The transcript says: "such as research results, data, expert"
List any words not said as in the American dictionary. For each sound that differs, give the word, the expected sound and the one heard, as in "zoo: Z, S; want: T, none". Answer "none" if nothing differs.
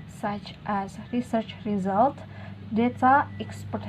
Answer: results: S, none